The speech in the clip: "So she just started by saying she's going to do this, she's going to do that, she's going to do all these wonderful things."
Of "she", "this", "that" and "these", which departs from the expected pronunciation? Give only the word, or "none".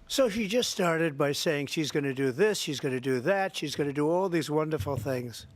none